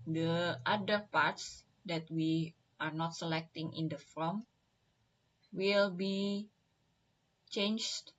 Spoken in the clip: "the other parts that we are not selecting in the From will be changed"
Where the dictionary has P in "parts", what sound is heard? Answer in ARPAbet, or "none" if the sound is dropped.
P